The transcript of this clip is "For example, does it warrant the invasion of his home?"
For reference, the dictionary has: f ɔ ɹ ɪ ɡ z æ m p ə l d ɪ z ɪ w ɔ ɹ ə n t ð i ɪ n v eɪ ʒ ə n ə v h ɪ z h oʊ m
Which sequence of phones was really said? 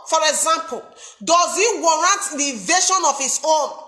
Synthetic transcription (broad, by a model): f ɔ ɹ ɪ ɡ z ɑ m p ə l d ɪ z ɪ w ɔ ɹ ə n t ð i v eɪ ʃ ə n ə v h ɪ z oʊ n